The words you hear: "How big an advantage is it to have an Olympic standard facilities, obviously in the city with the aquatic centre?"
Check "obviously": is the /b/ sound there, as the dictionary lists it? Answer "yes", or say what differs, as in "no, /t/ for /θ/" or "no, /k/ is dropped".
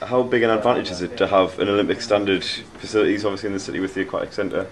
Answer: no, /b/ is dropped